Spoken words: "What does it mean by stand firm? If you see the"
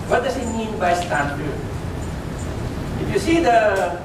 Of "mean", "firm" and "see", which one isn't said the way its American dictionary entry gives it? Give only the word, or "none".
firm